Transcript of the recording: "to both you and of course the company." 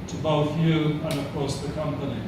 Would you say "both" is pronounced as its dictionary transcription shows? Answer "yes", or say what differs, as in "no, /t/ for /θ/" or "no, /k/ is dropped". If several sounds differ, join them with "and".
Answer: yes